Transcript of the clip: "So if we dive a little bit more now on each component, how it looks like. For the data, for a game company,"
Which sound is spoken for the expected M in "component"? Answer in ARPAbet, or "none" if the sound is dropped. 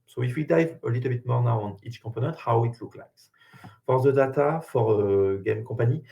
none